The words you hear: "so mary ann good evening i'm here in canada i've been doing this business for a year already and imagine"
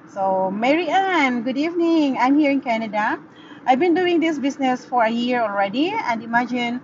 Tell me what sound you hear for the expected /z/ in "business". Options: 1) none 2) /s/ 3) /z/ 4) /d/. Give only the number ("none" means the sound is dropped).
2